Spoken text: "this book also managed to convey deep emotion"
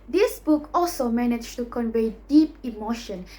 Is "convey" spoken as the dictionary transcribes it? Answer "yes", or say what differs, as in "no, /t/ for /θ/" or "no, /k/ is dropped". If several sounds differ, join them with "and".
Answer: yes